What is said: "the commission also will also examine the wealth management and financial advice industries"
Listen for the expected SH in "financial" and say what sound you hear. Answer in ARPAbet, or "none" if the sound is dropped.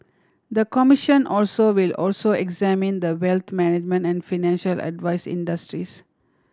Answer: SH